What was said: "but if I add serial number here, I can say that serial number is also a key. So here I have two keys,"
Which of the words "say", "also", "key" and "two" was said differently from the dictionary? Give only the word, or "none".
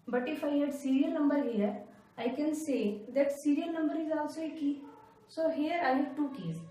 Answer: also